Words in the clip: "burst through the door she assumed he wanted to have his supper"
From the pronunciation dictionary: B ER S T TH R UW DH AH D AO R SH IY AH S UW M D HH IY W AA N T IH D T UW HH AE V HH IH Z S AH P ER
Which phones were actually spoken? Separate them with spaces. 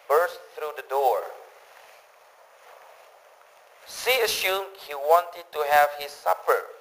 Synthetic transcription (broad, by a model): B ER S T TH R UW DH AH D AO R S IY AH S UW M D HH IY W AA N T IH D T UW HH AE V HH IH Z S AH P ER